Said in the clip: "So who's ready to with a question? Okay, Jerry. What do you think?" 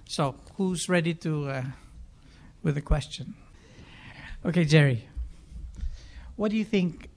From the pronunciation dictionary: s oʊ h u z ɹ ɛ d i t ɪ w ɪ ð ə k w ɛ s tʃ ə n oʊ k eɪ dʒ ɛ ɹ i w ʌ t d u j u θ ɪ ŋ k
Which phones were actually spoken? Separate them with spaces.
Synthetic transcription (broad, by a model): s oʊ h u z ɹ ɛ d i t ɪ w ɪ ð ə k w ɛ s tʃ ə n oʊ k eɪ dʒ ɛ ɹ i w ʌ t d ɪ j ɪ θ ɪ ŋ k